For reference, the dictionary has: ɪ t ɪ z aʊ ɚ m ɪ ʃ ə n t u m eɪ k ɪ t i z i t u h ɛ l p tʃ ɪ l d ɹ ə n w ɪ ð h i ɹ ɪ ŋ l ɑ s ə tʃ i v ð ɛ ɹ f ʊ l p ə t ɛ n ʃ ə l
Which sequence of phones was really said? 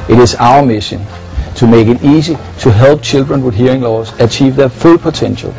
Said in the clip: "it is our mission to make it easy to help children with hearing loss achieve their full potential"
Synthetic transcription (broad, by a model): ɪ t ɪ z aʊ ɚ m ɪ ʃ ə n s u m eɪ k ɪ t i s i s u h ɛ l b tʃ ɪ l d ɹ ə n w ɪ ð h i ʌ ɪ ŋ l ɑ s ə tʃ i v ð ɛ f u l p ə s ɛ n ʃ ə l